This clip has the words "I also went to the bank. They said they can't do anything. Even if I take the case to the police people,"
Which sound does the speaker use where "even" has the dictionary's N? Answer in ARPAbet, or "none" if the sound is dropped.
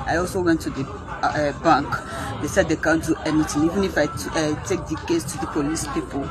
N